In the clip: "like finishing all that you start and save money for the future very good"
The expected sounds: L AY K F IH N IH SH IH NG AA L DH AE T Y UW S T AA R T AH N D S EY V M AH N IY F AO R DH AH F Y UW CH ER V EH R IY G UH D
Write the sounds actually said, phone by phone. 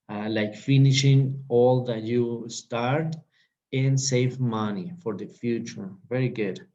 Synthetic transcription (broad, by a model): L AY K F IH N IH SH IH NG AA L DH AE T Y UW S T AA R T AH N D S EY V M AH N IY F AO R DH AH F Y UW CH ER V EH R IY G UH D